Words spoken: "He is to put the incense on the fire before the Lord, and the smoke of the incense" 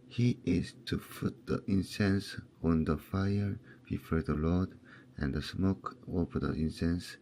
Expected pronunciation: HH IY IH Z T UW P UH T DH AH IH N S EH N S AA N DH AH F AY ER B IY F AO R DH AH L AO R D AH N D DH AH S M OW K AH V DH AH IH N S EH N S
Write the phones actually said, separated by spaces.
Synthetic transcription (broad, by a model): HH IY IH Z T UW F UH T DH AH IH N S EH N S AA N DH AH F AY ER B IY F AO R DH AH L AO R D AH N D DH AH S M OW K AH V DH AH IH N S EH N S